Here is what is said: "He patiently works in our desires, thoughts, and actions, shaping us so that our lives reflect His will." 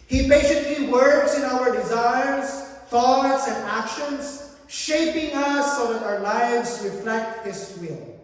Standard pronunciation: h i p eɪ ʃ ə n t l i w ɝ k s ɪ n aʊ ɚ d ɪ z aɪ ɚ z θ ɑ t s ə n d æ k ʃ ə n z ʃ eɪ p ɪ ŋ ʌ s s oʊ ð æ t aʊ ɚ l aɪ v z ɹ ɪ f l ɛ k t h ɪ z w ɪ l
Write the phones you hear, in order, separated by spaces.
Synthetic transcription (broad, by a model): h i b eɪ s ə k l i w ɝ k s ɪ n aʊ ɚ d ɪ z aɪ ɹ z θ ɑ t s ə n d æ k ʃ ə n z ʃ eɪ p ɪ ŋ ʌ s s oʊ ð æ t aʊ ɚ l aɪ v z ɹ ɪ f l ɛ k t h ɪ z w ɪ l